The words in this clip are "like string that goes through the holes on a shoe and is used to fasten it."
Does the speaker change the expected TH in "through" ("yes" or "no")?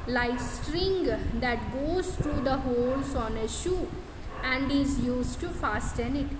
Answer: yes